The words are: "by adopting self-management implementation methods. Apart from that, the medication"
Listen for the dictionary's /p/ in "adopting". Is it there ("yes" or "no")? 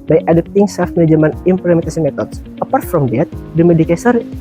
no